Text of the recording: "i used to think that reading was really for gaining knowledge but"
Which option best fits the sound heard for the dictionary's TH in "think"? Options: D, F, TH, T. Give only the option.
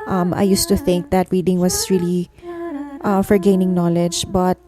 TH